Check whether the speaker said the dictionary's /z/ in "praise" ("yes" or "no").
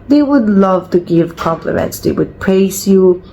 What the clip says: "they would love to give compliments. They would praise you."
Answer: no